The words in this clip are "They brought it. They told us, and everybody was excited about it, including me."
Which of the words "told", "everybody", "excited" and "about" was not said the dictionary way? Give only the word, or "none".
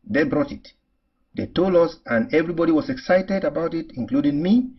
told